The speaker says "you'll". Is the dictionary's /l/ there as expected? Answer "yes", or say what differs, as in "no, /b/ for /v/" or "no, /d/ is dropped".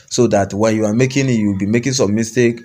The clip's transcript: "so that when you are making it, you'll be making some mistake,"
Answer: no, /w/ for /l/